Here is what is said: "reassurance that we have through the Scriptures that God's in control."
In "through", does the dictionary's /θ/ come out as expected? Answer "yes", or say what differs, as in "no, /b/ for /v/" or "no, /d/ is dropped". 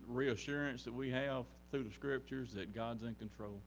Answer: yes